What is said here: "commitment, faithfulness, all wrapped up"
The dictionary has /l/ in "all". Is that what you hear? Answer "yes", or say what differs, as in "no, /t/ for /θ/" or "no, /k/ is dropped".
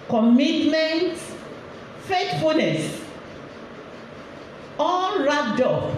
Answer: no, /n/ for /l/